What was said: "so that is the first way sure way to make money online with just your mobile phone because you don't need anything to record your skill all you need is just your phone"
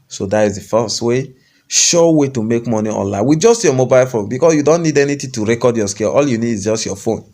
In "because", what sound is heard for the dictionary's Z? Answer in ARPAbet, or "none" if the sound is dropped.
S